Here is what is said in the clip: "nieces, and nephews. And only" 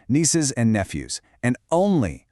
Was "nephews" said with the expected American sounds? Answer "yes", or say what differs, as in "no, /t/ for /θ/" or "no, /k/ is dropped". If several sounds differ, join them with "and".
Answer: yes